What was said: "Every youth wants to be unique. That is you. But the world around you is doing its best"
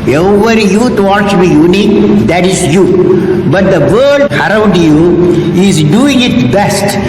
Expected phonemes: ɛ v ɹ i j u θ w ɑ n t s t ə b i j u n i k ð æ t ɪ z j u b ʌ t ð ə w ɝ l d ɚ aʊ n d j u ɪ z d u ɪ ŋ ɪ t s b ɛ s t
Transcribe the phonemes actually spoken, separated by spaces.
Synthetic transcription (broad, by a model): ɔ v ɹ j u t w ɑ t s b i j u n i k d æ t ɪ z j u b ʌ t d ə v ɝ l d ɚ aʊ n d j u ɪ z d u ɪ ŋ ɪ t b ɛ s t